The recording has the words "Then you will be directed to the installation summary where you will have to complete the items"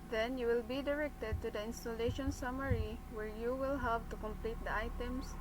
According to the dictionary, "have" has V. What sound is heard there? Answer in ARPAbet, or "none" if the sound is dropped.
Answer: P